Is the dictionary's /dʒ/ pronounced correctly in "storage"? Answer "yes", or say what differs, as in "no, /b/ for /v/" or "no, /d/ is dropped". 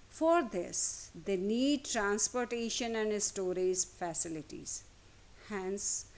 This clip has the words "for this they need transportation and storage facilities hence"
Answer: no, /z/ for /dʒ/